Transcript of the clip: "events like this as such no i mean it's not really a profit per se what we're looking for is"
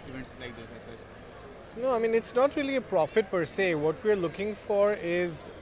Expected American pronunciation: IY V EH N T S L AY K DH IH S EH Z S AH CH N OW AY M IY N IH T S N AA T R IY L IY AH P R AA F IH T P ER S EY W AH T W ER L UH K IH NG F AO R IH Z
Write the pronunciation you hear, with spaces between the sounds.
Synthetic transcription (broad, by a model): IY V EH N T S L AY K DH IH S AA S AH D N OW AY M IY N IH T S N AA T R IY L IY AH P R AA F IH T P ER S EY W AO T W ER L UH K IH NG F AO R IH Z